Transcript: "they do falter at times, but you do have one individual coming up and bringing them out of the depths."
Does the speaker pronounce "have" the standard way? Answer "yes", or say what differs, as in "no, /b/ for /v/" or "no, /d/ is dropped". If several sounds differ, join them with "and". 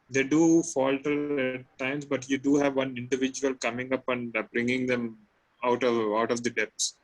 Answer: yes